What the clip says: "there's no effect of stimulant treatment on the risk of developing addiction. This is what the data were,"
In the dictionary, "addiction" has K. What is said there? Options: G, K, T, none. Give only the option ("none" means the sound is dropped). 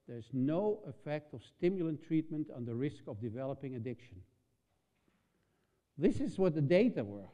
K